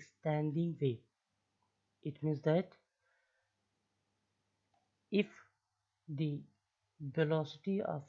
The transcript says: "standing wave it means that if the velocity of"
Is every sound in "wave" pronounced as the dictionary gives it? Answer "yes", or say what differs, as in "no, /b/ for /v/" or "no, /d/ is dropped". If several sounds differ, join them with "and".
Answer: no, /v/ is dropped